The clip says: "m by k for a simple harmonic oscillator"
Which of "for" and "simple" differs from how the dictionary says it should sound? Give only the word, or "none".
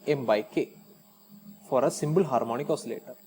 simple